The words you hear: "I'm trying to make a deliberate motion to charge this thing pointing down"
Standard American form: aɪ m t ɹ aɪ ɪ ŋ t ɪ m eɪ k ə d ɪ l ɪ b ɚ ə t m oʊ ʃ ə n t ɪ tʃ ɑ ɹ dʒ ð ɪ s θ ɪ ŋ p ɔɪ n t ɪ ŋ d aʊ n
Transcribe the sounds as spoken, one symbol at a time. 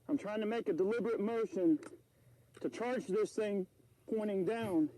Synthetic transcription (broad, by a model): aɪ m t ɹ aɪ ɪ ŋ t ɪ m eɪ k ə d ɪ l ɪ b ɚ ə t m oʊ ʃ ə n t ɪ tʃ ɑ ɹ dʒ ð ɪ s θ ɪ ŋ p ɔɪ t ɪ ŋ d aʊ n